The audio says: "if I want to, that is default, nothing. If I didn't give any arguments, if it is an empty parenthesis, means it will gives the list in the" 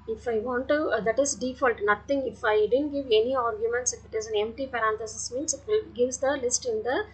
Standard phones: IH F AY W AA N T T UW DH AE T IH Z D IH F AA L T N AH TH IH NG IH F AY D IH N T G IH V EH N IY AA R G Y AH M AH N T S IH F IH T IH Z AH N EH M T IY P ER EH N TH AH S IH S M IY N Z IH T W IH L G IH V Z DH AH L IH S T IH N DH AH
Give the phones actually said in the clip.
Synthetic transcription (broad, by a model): IH F AY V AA N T T UW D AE T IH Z D IH F AA L T N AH T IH NG IH F AY D IH N T G IH V EH N IY AA R G Y AH M AH N T S IH F IH T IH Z AH N EH M T IY P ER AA N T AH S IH S M IY N S IH T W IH L G IH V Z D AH L IH S T IH N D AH